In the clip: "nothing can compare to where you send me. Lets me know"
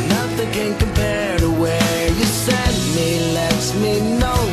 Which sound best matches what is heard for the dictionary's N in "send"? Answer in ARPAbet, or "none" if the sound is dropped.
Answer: none